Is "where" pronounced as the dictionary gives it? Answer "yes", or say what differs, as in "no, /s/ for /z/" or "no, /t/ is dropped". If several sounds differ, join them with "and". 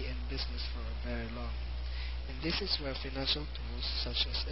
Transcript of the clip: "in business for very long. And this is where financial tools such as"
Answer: no, /l/ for /ɹ/